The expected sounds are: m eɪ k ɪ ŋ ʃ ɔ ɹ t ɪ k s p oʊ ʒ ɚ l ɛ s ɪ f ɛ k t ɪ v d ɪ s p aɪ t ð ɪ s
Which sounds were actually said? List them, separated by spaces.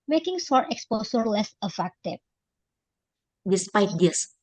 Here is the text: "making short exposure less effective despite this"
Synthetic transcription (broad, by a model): m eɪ k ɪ ŋ s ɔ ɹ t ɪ k s p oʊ s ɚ l ɛ s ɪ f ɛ k t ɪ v d ɪ s p aɪ t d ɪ s